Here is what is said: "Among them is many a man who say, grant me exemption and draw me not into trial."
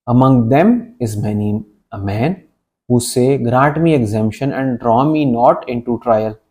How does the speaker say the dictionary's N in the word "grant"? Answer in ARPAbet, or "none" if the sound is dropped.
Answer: none